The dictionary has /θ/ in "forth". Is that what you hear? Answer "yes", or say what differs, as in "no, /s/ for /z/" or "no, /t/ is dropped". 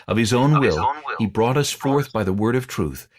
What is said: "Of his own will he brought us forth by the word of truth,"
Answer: yes